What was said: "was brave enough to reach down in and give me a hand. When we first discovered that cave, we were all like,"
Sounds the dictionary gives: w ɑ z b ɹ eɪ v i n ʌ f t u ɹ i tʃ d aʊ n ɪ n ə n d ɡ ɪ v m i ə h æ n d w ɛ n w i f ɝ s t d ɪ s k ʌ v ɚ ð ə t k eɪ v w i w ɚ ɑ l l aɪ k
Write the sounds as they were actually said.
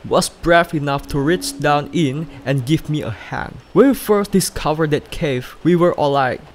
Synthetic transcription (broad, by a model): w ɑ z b ɹ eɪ f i n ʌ f t u ɹ i tʃ d aʊ n ɪ n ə n ɡ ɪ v m i ə h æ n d w ɛ n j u f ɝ s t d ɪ s k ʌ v ɚ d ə t k eɪ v w i w ɚ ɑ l l aɪ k